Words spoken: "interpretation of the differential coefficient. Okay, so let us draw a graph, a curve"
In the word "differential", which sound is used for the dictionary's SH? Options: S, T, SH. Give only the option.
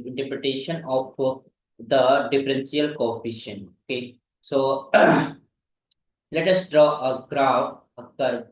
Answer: S